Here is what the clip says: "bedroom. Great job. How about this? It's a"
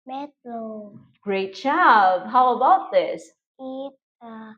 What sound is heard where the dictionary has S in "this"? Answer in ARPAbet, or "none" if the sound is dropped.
S